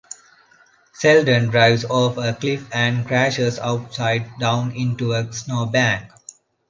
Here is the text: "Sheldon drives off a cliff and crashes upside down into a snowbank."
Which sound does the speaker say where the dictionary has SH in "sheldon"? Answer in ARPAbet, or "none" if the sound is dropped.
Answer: S